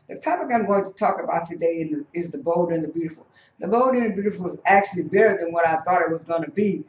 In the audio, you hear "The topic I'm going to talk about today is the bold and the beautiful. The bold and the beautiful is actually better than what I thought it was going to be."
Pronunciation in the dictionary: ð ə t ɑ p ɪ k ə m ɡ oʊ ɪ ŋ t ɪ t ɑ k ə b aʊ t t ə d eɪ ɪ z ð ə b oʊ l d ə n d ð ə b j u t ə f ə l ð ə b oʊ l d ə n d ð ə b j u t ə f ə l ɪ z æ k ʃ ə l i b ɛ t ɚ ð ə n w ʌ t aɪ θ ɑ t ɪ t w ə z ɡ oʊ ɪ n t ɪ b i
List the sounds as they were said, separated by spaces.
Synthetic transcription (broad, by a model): ð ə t ɑ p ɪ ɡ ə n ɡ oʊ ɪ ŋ t ɪ t ɑ k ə b aʊ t t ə d eɪ ɪ z ð ə b oʊ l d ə n ð ə b j u t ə f l ð ə b oʊ l d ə n ð ə b j u t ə f l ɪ z æ k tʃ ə l i b ɛ t ɚ ð ə n w ʌ t aɪ θ ɑ t ɪ t w ə z ɡ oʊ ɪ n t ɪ b i